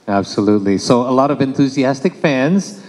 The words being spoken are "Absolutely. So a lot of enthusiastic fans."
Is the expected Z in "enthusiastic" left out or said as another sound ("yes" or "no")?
no